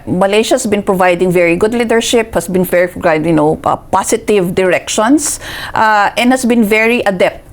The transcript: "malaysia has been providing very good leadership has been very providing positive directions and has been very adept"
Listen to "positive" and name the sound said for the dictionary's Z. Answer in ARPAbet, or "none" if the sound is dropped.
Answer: S